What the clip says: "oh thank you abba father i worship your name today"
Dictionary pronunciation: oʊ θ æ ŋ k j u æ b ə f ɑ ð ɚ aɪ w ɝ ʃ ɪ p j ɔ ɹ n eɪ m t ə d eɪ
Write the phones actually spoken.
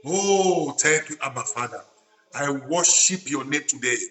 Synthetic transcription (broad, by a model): oʊ t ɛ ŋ k j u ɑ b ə f ɑ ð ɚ aɪ w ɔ ʃ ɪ p j ɔ n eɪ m t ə d eɪ